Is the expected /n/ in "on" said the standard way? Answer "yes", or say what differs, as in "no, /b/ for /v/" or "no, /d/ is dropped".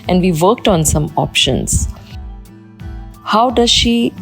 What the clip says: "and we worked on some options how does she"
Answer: yes